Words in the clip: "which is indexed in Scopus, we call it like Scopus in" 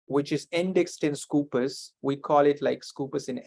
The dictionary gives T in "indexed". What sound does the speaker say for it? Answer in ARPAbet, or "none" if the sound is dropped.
T